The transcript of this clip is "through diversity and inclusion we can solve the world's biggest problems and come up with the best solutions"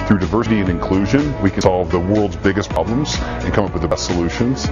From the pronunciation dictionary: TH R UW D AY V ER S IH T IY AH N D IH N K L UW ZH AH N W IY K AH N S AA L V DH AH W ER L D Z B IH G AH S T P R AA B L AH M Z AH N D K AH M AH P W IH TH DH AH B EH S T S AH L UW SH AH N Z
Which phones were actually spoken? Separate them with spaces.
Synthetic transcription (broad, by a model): TH R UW D AY V ER S IH T IY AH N IH N K L UW ZH AH N W IY K AH N S AA L V DH AH W ER L D Z B IH G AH S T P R AA B L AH M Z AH N K AH M AH P W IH DH AH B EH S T S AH L UW SH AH N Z